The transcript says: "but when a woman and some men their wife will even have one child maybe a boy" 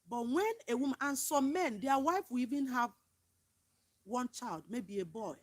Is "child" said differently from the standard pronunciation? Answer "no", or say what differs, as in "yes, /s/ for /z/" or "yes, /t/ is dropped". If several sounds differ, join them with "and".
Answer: no